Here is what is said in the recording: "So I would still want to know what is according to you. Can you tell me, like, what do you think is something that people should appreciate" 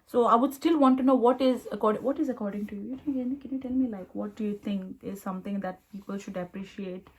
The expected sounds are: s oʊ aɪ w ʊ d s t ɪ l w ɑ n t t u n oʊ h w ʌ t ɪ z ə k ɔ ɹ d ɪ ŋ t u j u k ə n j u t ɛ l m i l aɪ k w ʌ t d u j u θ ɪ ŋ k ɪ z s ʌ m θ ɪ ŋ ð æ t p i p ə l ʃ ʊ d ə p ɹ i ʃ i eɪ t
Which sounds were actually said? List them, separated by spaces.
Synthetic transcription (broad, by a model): s oʊ aɪ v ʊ d s t ɪ l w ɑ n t t u n oʊ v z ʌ t ɪ z ə k ɔ ɹ d ɪ ŋ t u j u k ə n j u t ɛ l m i l aɪ k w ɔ t d u j u t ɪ ŋ k ɪ z s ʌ m t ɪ ŋ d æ t p i p ə l ʃ ʊ d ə p ɹ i ʃ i eɪ t